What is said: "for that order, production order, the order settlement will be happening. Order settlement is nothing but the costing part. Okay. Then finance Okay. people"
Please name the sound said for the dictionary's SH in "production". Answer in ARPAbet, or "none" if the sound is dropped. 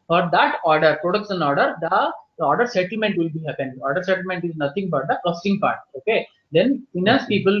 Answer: S